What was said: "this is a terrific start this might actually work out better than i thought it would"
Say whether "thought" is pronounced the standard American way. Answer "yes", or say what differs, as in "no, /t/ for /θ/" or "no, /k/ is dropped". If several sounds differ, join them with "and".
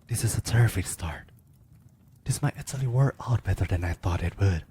yes